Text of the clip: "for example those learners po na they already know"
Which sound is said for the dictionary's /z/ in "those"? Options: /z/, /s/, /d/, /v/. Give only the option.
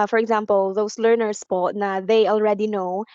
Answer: /s/